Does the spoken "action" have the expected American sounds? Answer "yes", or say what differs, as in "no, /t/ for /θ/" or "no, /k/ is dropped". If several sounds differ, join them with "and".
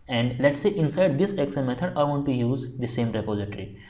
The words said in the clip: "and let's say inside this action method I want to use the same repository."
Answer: no, /s/ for /ʃ/